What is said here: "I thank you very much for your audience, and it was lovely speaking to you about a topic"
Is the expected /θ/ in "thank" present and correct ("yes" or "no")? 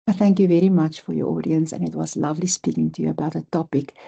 yes